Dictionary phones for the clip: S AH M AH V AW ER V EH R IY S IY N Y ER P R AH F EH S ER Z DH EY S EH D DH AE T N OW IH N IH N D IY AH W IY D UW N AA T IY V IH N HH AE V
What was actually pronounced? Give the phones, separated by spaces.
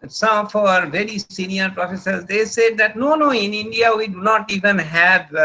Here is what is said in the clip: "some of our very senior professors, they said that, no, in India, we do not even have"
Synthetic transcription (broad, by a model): S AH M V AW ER V EH R IY S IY N Y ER P R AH F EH S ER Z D EY S EH D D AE T N OW IH N IH N D IY AH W IY D UW N AA T IY V IH N HH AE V